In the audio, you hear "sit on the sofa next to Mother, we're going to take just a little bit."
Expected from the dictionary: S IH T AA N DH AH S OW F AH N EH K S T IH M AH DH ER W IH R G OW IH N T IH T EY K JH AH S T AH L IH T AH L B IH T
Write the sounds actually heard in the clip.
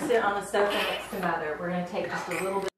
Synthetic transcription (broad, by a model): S IH T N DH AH S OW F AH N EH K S T IH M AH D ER W IH R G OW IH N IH T EY K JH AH S T AH L IH T L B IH